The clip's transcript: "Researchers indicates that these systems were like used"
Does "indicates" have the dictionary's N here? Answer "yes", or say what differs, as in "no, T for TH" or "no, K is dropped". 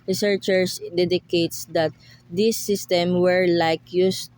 no, N is dropped